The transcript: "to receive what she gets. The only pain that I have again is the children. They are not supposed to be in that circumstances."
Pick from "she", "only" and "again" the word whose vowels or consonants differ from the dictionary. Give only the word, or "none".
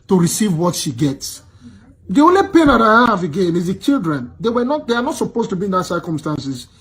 none